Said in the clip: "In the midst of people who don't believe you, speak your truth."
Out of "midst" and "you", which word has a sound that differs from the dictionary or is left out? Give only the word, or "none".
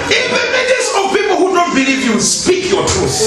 midst